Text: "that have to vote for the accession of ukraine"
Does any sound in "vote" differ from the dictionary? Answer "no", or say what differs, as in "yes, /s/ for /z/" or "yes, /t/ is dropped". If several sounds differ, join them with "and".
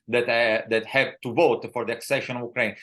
no